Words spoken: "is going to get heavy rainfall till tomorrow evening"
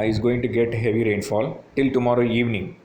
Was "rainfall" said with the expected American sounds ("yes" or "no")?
yes